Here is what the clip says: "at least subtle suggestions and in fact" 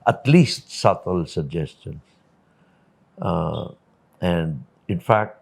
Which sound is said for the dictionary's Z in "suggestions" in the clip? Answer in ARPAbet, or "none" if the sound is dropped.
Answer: S